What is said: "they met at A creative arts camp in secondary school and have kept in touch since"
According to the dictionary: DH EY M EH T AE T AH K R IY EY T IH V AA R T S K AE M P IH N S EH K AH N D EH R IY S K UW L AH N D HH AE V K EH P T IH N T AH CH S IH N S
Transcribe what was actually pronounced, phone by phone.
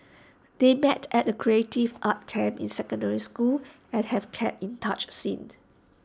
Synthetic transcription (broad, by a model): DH EY M EH T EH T AH K R IY EY T IH V AA T K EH M IH N S EH K AH N D EH R IY S K UW L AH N HH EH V K EH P IH N T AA CH S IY N